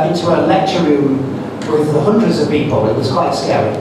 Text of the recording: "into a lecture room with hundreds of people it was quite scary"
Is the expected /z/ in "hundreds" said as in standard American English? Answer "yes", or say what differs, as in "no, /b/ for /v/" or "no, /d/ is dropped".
yes